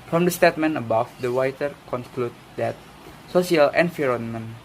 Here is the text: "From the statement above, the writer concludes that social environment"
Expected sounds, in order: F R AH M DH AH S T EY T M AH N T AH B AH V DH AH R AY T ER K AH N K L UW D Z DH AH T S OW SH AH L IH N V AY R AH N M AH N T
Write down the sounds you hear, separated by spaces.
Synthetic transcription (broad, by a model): F R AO M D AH S T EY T M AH N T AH B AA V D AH W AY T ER K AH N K L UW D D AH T S OW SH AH L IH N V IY R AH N M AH N